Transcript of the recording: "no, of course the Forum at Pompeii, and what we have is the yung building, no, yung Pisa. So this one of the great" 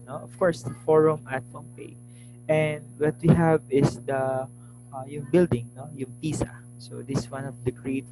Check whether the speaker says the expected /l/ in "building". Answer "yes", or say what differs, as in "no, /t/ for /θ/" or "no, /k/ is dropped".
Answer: yes